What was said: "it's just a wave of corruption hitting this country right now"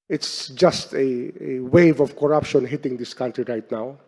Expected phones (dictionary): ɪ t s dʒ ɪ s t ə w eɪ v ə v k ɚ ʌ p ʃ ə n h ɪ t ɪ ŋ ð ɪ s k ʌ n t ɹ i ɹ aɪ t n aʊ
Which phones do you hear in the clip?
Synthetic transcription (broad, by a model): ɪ t s dʒ ɪ s t ə w eɪ v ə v k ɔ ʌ p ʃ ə n h ɪ t ɪ ŋ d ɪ s k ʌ n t ɹ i ɹ aɪ t n aʊ